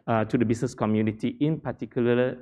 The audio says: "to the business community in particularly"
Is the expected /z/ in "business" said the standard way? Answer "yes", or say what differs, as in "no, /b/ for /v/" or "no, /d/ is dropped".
no, /s/ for /z/